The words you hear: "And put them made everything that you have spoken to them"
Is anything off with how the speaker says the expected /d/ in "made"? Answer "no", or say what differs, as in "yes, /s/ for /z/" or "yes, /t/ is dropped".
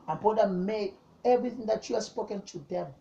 yes, /d/ is dropped